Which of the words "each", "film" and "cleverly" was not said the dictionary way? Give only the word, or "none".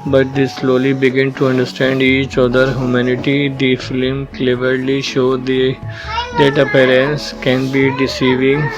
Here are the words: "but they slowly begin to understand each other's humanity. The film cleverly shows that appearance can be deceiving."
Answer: none